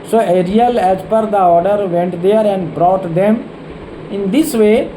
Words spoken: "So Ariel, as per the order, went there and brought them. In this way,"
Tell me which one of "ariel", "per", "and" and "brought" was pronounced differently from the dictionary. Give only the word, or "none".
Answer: none